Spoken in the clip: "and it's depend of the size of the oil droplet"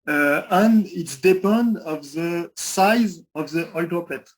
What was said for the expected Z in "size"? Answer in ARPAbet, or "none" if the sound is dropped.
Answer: Z